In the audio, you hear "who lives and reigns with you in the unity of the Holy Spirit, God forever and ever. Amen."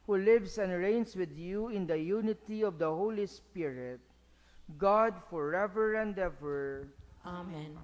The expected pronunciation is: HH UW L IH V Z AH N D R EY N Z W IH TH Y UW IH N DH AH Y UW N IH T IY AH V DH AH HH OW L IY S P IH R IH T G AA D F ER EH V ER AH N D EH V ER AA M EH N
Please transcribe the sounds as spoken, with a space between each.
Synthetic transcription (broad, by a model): HH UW L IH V S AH N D R EY N S W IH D Y UW IH N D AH Y UW N IH T IY AH V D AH HH OW L IY S P IH R IH T G AA D F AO EH V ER AH N D EH V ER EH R